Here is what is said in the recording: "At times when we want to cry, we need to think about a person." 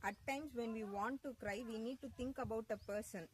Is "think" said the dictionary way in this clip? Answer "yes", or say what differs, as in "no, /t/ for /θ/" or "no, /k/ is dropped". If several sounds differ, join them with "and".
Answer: no, /t/ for /θ/